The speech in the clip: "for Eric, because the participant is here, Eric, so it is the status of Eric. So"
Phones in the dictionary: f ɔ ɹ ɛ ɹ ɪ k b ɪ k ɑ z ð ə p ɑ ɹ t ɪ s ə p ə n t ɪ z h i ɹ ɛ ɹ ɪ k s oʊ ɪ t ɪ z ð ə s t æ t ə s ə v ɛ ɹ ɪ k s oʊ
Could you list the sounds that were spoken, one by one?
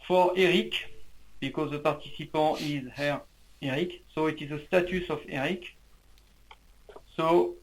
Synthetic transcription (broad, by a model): f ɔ ɹ ɛ ɹ ɪ k b ɪ k ɑ z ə p ɑ ɹ t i s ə p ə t ɪ z h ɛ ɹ ɛ ɹ ɪ k s oʊ ɪ t ɪ z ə s t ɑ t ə s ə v ɛ ɹ ɪ k s oʊ